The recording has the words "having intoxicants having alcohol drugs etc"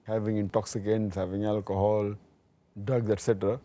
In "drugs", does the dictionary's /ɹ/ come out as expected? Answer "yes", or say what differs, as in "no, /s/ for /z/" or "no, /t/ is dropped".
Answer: no, /ɹ/ is dropped